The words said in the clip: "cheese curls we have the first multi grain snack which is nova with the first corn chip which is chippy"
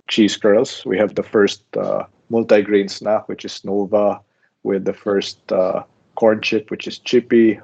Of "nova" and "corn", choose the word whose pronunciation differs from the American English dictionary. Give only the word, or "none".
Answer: none